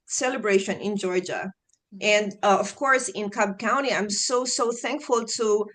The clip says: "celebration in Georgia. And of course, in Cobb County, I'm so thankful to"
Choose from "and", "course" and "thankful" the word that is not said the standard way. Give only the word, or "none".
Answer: none